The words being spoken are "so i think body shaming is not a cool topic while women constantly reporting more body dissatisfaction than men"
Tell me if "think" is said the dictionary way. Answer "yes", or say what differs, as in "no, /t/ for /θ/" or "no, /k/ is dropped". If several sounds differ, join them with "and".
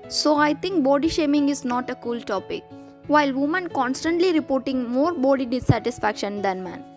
no, /t/ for /θ/